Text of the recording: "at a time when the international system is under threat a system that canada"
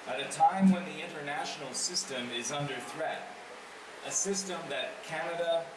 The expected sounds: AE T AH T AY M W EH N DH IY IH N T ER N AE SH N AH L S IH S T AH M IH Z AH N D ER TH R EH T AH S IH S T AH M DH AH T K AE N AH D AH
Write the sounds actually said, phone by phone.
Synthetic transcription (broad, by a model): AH T AH T AY M W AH N DH IY IH N T ER N AE SH N L S IH S T AH M IH Z AH N D ER TH R EH T AH S IH S T AH M DH AH T K AE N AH D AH